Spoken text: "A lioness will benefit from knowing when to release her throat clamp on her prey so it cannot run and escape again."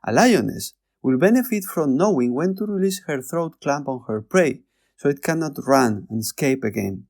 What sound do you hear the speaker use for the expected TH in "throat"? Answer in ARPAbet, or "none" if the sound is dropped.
TH